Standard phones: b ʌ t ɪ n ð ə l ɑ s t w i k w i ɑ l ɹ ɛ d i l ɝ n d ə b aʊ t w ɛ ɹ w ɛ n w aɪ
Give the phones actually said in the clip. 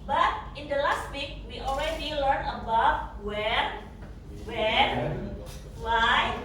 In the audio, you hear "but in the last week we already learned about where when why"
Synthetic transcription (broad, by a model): b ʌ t ɪ n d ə l ɑ s t w i k w i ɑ l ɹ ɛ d i l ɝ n ə b aʊ t w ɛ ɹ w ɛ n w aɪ